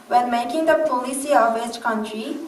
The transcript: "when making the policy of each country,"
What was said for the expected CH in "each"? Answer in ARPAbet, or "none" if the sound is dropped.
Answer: S